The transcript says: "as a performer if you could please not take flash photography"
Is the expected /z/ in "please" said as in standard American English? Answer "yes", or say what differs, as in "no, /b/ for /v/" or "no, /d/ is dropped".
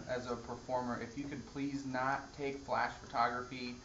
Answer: yes